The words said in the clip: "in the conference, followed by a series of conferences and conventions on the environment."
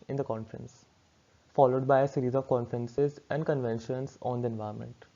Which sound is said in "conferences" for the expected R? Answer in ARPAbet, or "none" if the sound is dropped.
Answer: R